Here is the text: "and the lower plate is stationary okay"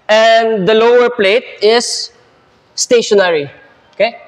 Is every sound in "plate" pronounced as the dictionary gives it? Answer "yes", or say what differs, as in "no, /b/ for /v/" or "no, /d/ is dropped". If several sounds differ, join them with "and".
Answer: yes